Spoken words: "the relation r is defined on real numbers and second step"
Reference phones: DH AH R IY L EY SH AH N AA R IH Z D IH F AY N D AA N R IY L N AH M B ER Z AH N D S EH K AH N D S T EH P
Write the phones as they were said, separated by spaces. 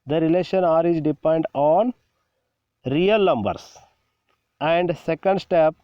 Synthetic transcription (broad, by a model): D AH R IY L EY SH AH N AA R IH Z D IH P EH N D AA N R IY L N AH M B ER S AH N D S EH K AH N D S T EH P